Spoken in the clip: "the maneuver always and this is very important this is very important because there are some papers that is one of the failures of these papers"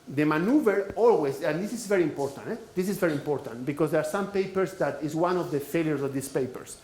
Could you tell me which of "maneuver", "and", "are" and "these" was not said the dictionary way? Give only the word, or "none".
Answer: these